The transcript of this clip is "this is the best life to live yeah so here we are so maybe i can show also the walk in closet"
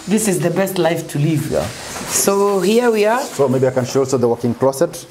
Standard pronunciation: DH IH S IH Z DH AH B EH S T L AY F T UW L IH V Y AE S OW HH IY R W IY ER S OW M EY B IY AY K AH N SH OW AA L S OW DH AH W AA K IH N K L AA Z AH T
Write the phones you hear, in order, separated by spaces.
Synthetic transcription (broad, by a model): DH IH S IH Z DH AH B EH S T L AY F T UW L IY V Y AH S OW HH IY W IY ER S OW M EY B IY AY K AH N SH OW AA L S OW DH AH W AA K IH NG K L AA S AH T